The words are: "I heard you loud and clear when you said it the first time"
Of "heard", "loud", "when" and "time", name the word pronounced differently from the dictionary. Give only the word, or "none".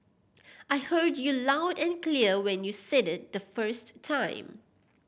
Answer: none